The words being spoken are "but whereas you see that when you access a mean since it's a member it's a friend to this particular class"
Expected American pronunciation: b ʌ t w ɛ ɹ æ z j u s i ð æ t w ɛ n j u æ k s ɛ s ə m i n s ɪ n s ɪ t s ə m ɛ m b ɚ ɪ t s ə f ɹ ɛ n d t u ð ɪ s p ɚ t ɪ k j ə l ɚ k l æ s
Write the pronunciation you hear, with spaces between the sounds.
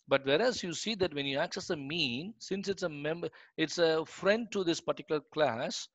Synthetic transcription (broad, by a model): b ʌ t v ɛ ɹ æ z j u s i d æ t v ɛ n j u æ k s ɛ s ə m i n s ɪ n s ɪ t s ə m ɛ m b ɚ ɪ t s ə f ɹ ɛ n d t u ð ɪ s p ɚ t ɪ k j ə l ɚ k l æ s